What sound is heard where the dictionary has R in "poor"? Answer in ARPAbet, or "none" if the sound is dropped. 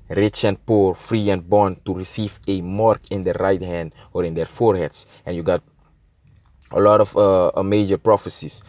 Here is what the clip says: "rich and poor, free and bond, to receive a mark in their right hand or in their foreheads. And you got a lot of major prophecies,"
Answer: R